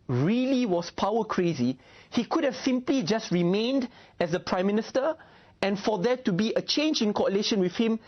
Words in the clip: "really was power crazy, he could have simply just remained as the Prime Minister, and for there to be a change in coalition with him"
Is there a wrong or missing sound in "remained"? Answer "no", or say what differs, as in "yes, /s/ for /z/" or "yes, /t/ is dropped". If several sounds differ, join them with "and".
no